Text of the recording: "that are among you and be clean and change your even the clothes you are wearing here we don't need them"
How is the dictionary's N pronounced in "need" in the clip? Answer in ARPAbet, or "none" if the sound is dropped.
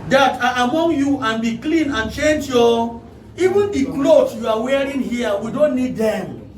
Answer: N